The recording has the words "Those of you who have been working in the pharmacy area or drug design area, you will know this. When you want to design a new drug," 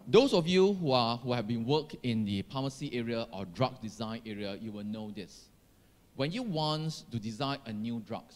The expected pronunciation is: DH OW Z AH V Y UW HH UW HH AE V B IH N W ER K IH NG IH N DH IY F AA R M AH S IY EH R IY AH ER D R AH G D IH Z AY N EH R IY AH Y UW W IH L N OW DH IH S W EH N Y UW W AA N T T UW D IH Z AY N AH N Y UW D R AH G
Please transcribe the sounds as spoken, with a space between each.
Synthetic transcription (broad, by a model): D OW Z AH F Y UW HH UW HH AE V B IH N W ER K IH IH N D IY P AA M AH S IY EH R IY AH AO D R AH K D IH Z AY N EH R IY AH Y UW W IH L N OW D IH S W EH N Y UW W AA N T T UW D IH Z AY N AH N Y UW D R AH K